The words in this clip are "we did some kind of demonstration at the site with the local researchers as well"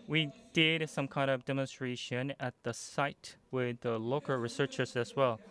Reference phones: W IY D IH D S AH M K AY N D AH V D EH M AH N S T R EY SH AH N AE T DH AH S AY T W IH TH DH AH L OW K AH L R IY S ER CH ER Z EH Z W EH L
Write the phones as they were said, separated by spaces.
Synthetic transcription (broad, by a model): W IY D IH D S AH M K AY N D AH V D EH M AH N S T R EY SH AH N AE T DH AH S AY T W IH DH AH L OW K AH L R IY S ER CH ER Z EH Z W EH L